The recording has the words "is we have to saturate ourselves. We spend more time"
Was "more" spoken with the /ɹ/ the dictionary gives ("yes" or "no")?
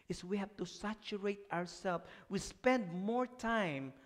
yes